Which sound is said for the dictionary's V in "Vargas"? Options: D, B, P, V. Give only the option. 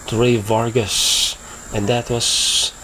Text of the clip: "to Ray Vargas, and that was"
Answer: V